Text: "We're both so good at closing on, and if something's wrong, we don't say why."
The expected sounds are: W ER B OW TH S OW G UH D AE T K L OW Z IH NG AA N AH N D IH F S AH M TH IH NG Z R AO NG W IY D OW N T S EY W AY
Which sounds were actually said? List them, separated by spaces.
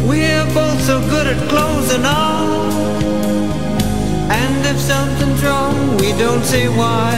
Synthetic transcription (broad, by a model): W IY B OW TH S OW G UH D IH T K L OW Z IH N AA L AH N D IH F S AH M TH IH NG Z R AO NG W IY D OW N T S EY W AY